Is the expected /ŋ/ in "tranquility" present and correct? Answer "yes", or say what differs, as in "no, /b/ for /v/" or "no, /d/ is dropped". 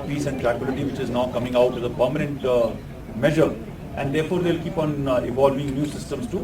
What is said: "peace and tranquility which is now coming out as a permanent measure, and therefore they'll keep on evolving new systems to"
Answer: no, /ŋ/ is dropped